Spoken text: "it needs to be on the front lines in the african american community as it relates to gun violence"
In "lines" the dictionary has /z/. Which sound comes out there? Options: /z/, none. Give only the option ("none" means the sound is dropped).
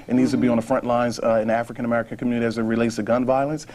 /z/